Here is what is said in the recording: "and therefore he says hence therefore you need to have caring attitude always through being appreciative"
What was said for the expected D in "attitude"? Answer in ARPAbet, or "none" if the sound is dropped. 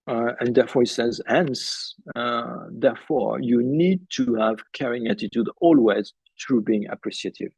D